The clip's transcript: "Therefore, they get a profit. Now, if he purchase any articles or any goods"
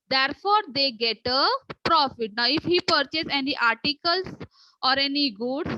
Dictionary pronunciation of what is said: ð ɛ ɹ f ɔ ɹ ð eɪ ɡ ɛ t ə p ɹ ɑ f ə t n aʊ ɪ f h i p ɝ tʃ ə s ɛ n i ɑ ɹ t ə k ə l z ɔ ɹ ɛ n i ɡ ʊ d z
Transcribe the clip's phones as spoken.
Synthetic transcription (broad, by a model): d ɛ ɹ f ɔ ɹ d eɪ ɡ ɛ t ə p ɹ ɑ f ə t n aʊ ɪ f h i p ɝ tʃ ə s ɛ n i ɑ ɹ t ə k ə l s ɔ ɹ ɛ n i ɡ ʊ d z